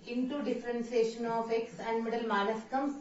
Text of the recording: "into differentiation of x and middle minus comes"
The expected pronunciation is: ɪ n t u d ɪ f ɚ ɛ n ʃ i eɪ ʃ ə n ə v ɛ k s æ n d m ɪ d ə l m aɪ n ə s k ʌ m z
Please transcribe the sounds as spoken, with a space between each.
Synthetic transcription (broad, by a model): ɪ n t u d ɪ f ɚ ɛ n s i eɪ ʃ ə n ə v ɛ k s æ n d m ɪ d ə l m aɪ l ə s k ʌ m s